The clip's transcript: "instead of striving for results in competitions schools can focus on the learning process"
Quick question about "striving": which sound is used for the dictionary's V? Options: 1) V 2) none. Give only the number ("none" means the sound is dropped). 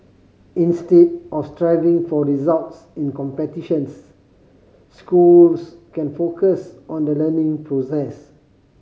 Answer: 1